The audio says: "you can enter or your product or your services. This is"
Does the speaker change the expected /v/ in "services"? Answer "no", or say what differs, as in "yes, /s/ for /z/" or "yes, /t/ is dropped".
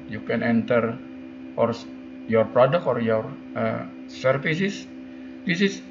yes, /f/ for /v/